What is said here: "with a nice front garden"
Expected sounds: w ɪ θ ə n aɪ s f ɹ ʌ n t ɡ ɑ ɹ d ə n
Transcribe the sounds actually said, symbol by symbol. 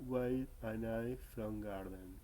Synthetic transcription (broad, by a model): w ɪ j ə n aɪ f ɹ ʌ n ɡ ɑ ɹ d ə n